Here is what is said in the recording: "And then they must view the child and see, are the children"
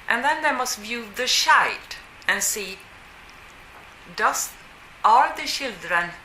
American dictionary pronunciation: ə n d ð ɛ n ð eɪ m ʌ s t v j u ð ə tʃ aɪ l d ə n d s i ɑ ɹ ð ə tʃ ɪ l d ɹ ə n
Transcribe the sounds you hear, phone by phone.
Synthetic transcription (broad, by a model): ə n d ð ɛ n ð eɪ m ʌ s t v j u ð ə ʃ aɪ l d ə n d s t ɑ ɹ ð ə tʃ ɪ l d ɹ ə n